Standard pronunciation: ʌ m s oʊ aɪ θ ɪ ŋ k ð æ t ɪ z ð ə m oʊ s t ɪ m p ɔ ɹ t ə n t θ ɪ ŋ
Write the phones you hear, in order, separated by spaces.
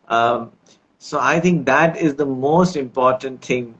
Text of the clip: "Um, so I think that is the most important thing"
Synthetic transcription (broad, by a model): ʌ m s oʊ aɪ t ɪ ŋ k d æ t ɪ z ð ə m oʊ s t ɪ m p ɔ ɹ t ə n t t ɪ ŋ